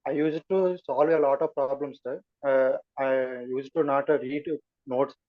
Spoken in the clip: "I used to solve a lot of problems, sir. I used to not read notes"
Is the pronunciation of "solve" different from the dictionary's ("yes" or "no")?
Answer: no